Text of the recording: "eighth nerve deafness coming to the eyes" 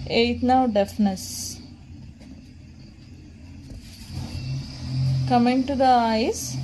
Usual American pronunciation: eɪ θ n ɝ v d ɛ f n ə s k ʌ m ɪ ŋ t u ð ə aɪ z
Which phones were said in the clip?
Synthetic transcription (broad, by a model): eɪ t n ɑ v d ɛ f n ə s k ʌ m ɪ ŋ t u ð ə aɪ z